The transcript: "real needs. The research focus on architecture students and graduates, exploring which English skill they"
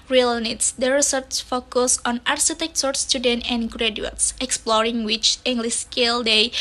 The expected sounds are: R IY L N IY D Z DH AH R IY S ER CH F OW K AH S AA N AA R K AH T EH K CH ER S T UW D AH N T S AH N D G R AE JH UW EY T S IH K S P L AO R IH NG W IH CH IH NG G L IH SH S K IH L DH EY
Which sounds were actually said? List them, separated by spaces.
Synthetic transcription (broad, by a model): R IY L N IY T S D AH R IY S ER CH F OW K AH S AA N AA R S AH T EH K S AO S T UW D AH N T AH N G R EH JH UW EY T S IH K S P L AO R IH NG W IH CH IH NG G L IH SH S K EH L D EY